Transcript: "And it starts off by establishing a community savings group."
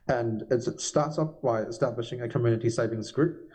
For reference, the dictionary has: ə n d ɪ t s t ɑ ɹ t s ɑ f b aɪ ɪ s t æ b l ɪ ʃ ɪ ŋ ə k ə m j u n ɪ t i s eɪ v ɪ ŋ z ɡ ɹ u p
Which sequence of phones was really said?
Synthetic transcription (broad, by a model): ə n ɪ t s t ɑ ɹ t s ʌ p b aɪ ɪ s t æ b l ɪ ʃ ɪ ŋ ə k ə m j u n ɪ t i s eɪ v ɪ ŋ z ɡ ɹ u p